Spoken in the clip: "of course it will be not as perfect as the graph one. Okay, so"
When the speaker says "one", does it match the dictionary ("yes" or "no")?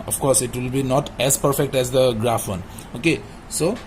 yes